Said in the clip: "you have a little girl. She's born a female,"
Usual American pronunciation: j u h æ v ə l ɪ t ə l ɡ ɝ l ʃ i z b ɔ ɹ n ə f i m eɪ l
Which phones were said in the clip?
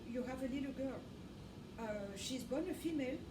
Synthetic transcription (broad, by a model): j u h æ v ə l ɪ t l ɡ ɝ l ʃ i z b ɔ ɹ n ə f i m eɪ l